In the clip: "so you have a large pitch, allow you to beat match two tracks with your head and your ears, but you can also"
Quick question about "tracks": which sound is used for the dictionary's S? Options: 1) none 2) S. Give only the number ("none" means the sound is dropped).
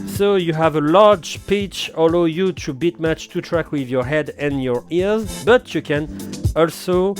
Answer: 1